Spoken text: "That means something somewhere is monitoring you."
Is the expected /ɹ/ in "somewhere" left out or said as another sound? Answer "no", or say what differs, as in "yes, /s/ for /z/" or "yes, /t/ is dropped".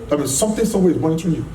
yes, /w/ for /ɹ/